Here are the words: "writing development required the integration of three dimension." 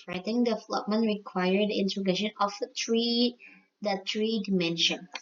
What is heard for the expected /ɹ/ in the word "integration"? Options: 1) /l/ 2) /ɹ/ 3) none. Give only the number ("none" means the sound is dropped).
3